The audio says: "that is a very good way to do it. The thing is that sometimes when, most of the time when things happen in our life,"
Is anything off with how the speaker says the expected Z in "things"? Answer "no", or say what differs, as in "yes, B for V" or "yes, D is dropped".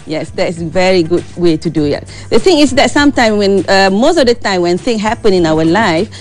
yes, Z is dropped